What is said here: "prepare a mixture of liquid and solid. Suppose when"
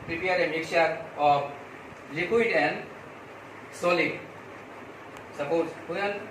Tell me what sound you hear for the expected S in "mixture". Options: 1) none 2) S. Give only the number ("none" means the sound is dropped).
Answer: 1